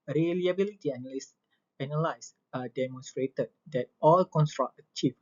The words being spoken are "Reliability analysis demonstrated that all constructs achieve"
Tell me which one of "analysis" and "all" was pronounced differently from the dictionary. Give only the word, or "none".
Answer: analysis